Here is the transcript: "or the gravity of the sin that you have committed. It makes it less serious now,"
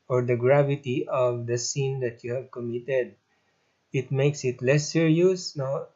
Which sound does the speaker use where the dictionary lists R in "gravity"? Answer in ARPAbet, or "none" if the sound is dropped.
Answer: R